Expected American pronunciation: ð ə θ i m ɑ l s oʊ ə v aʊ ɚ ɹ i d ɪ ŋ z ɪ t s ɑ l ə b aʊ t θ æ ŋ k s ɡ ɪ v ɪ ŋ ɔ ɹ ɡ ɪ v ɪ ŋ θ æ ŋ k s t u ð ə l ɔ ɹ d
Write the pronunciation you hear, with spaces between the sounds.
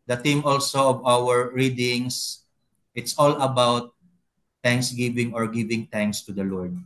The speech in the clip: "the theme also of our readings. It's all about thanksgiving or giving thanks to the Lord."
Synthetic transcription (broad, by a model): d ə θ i m ɑ l s oʊ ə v aʊ ɚ ɹ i d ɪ ŋ s ɪ t s ɑ l ə b aʊ t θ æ ŋ k s ɡ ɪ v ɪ ŋ ɔ ɹ ɡ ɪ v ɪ ŋ t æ ŋ k s t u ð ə l ɔ ɹ d